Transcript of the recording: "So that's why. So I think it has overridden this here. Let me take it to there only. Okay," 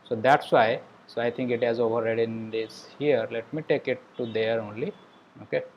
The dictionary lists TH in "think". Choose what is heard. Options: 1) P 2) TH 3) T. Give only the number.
3